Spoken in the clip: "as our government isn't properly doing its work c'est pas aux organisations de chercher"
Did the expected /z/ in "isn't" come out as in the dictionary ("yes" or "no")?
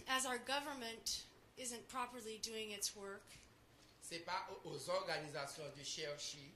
yes